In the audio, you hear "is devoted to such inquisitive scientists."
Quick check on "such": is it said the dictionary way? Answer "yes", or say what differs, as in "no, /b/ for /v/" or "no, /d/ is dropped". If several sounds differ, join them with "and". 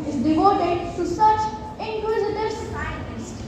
yes